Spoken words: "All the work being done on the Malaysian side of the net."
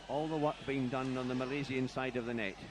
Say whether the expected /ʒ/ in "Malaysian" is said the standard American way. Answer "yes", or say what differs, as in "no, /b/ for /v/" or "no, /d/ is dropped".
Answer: no, /z/ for /ʒ/